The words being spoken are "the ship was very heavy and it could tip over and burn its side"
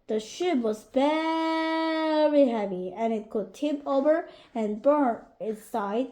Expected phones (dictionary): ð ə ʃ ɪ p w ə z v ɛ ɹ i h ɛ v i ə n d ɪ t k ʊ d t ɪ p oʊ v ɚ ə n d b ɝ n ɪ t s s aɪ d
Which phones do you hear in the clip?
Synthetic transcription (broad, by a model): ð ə ʃ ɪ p w ə z v ɛ ɹ i h ɛ v i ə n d ɪ t k ʊ d t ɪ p oʊ v ɚ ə n b ɝ n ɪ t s s aɪ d